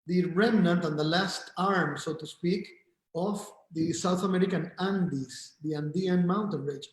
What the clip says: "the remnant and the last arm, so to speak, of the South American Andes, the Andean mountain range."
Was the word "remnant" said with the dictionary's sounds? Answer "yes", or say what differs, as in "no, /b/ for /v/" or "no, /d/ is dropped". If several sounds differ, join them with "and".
yes